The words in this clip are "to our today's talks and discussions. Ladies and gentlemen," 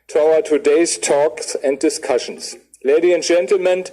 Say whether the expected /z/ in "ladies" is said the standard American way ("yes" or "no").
no